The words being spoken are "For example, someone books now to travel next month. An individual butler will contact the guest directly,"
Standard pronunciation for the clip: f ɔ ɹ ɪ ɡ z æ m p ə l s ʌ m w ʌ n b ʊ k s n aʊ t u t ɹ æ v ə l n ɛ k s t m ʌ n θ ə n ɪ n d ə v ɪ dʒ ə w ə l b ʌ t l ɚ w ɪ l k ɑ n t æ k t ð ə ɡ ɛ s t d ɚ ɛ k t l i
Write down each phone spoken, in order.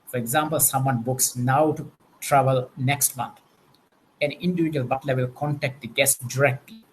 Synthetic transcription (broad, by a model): f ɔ ɹ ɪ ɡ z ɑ m p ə l s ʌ m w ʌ n b ʊ k s n aʊ t u t ɹ æ v ə l n ɛ k s t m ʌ n t ə n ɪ n d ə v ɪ dʒ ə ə l b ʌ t l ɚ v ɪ l k ɑ n t æ k t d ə ɡ ɛ s t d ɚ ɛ k t l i